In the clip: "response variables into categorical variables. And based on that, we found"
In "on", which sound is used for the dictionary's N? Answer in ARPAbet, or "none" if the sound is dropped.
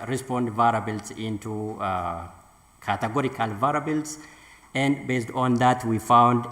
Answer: N